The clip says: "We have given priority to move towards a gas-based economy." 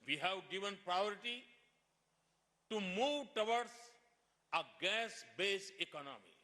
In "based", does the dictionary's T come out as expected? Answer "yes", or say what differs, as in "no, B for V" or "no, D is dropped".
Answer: no, T is dropped